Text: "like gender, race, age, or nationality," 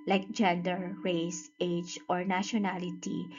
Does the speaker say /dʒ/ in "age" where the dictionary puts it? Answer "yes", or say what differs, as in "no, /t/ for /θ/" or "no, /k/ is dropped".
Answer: yes